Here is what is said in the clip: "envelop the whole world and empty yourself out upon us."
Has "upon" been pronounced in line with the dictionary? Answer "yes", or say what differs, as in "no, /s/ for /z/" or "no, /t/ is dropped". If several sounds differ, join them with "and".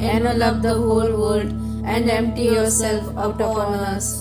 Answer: no, /f/ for /p/